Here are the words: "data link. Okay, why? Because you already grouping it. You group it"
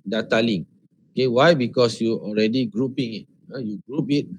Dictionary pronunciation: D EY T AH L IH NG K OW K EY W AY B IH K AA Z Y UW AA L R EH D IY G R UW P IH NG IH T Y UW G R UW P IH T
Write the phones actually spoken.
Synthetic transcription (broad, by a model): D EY T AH L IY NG OW K EY W AY B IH K AA S Y UW AA L R EH D IY G R UW P IH NG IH T Y UW G R UW P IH T